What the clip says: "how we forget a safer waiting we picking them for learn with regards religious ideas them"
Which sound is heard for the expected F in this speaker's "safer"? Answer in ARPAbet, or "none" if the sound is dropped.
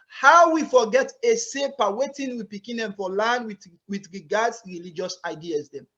P